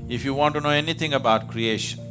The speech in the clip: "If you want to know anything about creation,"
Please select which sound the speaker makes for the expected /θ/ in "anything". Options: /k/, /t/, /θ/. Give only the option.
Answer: /t/